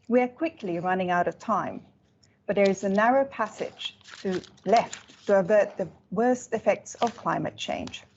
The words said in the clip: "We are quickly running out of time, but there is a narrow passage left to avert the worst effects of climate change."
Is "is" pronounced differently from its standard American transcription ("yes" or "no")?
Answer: no